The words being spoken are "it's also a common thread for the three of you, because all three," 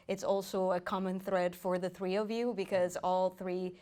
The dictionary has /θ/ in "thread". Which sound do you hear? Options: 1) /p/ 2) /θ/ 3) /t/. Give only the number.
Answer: 2